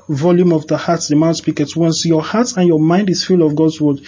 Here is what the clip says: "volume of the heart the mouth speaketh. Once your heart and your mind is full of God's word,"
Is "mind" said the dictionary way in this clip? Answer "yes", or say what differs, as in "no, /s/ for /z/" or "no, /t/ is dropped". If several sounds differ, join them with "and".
yes